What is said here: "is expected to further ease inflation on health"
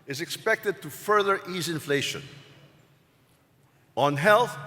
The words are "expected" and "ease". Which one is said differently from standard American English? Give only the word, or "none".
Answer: none